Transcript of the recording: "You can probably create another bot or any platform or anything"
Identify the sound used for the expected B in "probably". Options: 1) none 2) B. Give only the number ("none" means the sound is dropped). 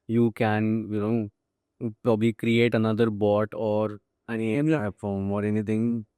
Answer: 2